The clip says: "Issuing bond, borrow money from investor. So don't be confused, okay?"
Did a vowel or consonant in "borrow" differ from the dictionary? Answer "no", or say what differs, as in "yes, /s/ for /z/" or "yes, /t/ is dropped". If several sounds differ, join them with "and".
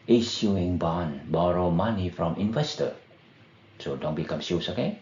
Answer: no